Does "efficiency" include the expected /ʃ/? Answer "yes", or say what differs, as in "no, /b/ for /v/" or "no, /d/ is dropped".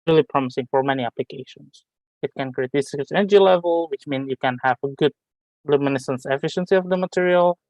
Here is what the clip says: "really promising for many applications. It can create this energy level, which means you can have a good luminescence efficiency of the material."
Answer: yes